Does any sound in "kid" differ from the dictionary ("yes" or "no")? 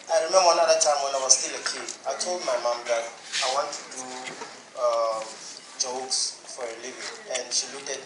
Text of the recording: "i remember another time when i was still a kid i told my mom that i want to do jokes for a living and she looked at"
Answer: yes